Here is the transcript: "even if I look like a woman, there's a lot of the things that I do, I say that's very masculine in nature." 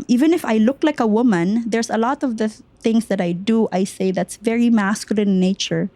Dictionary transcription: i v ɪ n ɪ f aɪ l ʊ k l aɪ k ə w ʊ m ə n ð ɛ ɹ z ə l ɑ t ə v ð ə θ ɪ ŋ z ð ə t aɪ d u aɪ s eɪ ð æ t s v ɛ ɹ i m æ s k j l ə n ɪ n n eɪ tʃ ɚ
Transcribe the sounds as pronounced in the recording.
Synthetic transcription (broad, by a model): i v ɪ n ɪ f aɪ l ʊ k l aɪ k ə w ʊ m ə n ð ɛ ɹ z ə l ɑ t ə v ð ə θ ɪ ŋ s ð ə t aɪ d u aɪ s eɪ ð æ t s v ɛ ɹ i m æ s k j ə l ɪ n n eɪ tʃ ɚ